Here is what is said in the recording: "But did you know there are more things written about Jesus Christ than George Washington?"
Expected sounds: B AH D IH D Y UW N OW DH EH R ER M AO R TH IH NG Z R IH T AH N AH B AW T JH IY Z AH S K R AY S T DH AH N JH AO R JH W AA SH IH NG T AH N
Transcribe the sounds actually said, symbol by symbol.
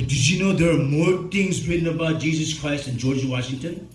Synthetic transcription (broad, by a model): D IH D Y UW N OW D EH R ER M AO R T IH NG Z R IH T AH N AH B AW T JH IY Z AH S K R AY S T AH N JH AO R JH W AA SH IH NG T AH N